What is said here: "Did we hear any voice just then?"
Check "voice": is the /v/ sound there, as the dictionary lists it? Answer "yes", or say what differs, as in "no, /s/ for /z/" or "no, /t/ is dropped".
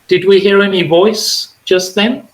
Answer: yes